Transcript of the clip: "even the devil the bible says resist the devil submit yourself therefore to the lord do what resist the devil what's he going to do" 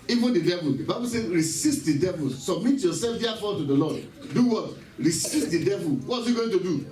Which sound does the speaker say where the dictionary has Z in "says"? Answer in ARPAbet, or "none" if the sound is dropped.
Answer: none